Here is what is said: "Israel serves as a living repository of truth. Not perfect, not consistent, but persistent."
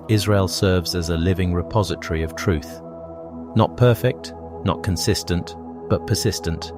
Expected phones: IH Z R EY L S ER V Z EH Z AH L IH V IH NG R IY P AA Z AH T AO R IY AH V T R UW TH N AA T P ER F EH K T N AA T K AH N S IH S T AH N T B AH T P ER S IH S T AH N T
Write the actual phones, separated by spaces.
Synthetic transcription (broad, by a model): IH Z R EY L S ER V Z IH Z AH L IH V IH NG R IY P AA Z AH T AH R IY AH V T R UW TH N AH T P ER F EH K T N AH T K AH N S IH S T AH N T B AH T P ER S IH S T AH N T